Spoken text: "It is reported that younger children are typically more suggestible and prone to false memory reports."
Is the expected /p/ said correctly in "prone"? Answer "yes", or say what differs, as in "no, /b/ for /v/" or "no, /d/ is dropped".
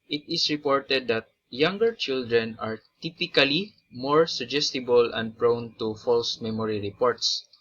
yes